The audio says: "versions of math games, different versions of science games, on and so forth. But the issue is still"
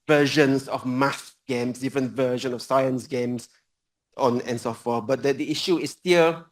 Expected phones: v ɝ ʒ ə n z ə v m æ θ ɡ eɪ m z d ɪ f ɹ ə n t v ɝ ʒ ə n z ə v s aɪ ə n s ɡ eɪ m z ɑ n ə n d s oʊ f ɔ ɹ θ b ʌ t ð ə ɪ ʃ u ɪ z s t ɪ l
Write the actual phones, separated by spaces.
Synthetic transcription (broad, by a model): v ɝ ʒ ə n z ə v m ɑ s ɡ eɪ m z d ɪ f ɹ ə n t v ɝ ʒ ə n ə v s aɪ ə n s ɡ eɪ m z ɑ n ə n s oʊ f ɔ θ b ʌ t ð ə ɪ ʃ u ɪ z s t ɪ l